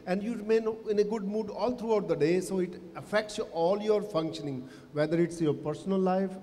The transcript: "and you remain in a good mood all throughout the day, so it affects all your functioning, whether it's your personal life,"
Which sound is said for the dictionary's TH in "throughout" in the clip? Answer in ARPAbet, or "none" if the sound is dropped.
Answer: T